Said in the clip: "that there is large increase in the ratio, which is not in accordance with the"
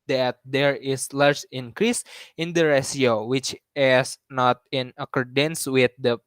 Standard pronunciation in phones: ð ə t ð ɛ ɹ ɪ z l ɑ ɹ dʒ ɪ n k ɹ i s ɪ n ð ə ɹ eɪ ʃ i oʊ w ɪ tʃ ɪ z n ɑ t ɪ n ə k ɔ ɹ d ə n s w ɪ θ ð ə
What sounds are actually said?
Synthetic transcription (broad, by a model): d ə t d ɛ ɹ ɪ s l ɑ ɹ dʒ ɪ n k ɹ i s ɪ n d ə ɹ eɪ s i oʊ w ɪ tʃ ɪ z n ɑ t ɪ n ə k ɔ ɹ d ə n s w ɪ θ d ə